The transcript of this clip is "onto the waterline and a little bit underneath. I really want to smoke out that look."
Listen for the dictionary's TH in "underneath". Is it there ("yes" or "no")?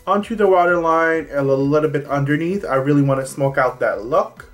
yes